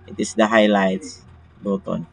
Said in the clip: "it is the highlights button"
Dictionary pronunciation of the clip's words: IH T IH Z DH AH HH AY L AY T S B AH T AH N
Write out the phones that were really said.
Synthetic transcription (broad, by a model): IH T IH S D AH HH AY L AY T S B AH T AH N